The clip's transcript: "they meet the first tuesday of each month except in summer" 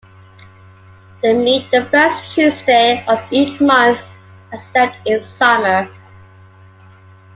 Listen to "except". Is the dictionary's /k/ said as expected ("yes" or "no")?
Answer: no